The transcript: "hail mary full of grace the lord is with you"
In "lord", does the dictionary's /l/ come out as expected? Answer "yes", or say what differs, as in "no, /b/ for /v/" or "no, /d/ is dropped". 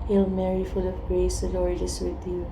no, /n/ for /l/